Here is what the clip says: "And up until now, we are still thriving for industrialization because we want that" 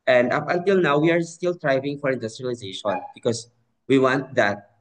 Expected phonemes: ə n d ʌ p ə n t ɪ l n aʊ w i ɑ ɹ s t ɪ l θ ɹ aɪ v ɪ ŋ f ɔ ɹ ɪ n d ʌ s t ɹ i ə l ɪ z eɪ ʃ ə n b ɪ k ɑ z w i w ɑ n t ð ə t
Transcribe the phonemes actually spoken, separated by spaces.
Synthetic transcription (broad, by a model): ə n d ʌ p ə n t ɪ l n aʊ w i ɑ ɹ s t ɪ l t ɹ aɪ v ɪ ŋ f ɔ ɹ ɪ n d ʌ s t ɹ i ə l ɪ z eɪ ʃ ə n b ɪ k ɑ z w i w ɑ n t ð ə t